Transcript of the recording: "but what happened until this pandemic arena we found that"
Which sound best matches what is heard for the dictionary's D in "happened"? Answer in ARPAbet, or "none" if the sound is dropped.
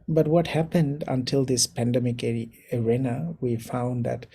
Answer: D